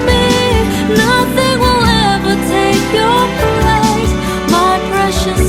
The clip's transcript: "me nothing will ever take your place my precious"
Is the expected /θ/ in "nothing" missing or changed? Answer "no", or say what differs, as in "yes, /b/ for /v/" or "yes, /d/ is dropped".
no